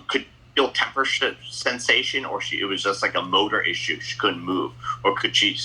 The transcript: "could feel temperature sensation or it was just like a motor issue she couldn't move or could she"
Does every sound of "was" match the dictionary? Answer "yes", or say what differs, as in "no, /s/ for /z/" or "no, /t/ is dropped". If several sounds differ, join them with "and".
yes